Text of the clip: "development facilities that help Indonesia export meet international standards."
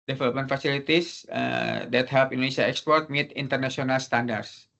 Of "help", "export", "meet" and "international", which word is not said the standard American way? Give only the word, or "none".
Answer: international